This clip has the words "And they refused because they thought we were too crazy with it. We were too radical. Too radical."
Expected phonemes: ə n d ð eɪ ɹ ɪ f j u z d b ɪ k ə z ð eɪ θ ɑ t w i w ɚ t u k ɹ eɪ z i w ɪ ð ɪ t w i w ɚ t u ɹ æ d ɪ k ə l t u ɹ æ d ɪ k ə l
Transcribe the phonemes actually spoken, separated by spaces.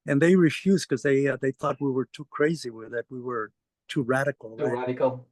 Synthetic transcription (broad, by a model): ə n ð eɪ ɹ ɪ f j u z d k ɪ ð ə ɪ ð eɪ θ ɑ t w i w ɚ t u k ɹ eɪ z i w ɪ ð ɪ t w i w ɚ t u ɹ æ d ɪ k l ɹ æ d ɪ k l